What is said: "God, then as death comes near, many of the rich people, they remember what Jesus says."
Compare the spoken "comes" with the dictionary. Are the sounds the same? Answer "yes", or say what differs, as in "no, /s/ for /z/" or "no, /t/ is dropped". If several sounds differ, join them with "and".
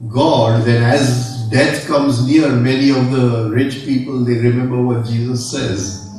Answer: yes